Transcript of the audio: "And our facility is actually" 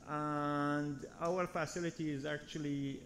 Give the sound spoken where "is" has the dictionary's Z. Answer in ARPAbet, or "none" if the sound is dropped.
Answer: Z